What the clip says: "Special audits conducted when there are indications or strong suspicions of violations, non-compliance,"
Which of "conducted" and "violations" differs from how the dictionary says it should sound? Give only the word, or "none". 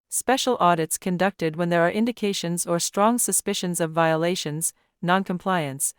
none